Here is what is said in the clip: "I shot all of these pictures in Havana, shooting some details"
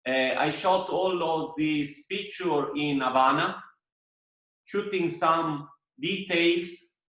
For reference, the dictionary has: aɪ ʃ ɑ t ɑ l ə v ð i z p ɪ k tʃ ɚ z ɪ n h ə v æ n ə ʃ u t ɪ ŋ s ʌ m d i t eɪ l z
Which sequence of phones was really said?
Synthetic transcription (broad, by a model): aɪ ʃ ɑ t ɑ l ə v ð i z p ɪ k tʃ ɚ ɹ ɪ n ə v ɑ n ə ʃ u t ɪ ŋ s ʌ m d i t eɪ l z